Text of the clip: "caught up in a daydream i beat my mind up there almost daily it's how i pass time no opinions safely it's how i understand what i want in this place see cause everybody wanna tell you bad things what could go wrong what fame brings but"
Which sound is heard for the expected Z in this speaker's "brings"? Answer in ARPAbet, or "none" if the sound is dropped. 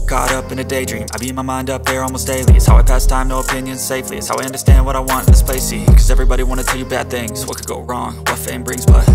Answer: Z